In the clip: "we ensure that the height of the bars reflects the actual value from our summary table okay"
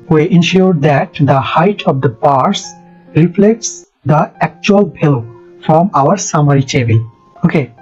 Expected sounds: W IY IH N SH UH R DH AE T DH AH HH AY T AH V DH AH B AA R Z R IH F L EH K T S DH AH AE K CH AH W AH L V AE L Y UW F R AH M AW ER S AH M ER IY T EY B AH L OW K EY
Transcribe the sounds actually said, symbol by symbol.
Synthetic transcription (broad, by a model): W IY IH N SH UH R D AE T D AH HH AY T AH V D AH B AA R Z R IH F L EH K T S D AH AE K CH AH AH L B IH L F R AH M AW ER S AH M ER IY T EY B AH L OW K EY